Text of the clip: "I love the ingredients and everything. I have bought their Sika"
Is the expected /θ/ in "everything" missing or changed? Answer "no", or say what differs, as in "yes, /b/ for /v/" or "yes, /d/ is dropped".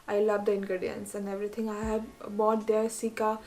yes, /t/ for /θ/